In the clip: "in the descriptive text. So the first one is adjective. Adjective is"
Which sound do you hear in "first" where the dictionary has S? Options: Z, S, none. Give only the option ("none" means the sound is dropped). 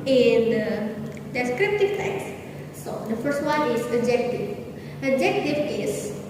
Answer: S